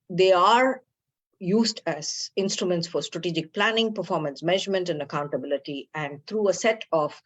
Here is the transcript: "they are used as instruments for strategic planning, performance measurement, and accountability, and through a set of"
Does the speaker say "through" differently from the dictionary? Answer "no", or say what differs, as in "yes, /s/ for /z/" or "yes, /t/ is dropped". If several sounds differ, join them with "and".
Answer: yes, /t/ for /θ/